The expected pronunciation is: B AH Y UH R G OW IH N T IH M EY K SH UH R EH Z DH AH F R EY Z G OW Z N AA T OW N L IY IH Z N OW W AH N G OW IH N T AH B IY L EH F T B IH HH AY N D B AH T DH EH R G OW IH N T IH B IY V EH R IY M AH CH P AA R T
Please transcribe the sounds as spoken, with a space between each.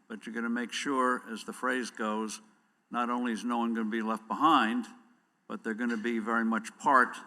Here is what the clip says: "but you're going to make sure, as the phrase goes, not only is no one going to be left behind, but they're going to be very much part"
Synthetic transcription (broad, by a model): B AH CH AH R G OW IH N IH M EY K SH UH R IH Z DH AH F R EY Z G OW Z N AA T OW N L IY IH Z N OW W AH N G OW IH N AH B IY L EH F T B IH HH AY N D B AH T DH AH R G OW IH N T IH B IY V EH R IY M AH CH P AA R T